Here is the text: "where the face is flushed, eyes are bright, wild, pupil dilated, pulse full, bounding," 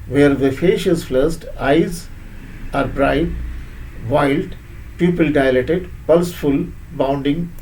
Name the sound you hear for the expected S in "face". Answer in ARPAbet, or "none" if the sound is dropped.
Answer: SH